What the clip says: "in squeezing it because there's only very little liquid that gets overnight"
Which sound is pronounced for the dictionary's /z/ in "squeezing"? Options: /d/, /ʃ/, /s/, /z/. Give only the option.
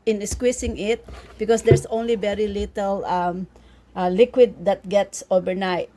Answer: /s/